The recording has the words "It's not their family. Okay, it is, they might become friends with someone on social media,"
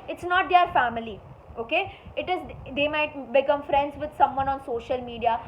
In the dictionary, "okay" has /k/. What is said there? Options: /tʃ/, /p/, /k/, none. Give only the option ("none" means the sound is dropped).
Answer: /k/